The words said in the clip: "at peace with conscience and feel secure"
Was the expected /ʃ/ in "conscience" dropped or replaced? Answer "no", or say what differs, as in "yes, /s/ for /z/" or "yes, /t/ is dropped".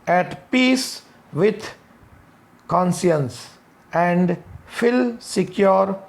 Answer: yes, /s/ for /ʃ/